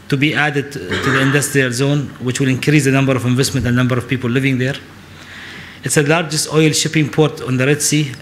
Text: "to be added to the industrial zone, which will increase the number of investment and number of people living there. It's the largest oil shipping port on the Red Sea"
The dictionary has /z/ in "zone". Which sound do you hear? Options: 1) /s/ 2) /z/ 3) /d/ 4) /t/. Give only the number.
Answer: 2